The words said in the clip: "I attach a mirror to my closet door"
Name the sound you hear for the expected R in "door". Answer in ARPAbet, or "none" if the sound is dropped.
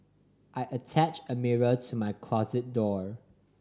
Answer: R